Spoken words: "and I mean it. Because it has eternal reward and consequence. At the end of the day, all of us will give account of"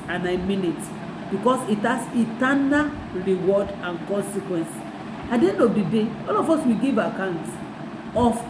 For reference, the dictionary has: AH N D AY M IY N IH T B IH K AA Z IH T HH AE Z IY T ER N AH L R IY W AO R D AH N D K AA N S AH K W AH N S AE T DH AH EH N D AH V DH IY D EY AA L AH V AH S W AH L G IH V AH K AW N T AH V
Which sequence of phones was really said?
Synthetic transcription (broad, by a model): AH N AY M IY N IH T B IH K AA S IH T HH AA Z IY T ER N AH L R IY W AO D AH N K AA N S AH K W AH N S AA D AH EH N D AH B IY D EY AA L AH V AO S W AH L G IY V AH K AW N T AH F